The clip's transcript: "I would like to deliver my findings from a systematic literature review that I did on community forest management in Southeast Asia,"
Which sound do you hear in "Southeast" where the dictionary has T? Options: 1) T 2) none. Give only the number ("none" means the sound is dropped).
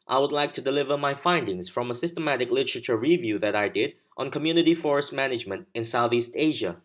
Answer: 1